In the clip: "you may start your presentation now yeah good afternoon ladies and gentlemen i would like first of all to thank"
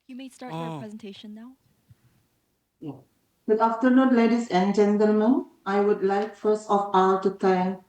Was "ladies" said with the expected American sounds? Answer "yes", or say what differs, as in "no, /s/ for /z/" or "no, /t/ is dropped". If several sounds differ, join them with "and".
no, /s/ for /z/